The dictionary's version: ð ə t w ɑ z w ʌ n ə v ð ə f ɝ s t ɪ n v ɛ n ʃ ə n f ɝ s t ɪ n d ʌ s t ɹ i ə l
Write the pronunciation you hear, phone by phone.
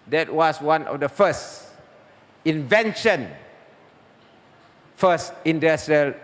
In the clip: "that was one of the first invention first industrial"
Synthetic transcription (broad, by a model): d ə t w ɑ s w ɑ n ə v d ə f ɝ s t ɪ n v ɛ n ʃ ə n f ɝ s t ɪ n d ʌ s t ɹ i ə l